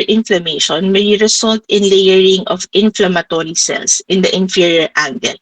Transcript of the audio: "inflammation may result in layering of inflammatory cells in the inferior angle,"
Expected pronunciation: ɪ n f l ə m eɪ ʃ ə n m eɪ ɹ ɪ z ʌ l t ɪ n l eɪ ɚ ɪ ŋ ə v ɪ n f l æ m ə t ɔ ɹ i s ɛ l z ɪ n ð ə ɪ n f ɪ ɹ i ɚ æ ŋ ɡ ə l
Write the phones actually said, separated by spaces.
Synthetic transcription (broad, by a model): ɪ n f l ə m eɪ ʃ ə n m eɪ ɹ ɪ s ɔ l t ɪ n l eɪ ɚ ɪ ŋ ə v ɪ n f l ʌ m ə t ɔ ɹ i s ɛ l s ɪ n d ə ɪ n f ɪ ɹ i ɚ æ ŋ ɡ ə l